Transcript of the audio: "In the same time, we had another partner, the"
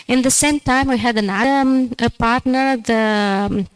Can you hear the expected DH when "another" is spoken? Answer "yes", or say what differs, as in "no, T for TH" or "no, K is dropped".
no, DH is dropped